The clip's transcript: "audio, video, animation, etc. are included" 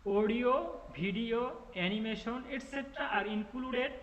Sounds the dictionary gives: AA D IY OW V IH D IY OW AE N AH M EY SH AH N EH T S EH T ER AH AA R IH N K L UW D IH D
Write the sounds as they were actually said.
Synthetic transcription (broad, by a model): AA D IY OW B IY D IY OW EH N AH M EY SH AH N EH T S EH T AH AA R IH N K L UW D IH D